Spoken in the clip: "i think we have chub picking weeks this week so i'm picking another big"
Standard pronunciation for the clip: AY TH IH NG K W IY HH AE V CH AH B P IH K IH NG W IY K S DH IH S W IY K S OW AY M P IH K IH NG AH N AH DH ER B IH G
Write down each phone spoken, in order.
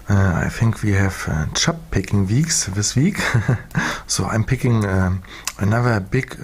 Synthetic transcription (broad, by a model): AY TH IH NG K W IY HH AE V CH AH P P IH K IH NG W IY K S DH IH S W IY K S OW AY M P IH K IH NG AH N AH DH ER B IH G